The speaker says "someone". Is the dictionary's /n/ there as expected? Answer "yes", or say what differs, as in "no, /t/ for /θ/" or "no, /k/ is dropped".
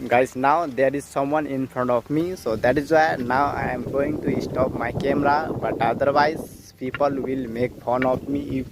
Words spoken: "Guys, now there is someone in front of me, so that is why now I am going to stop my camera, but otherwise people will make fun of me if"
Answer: yes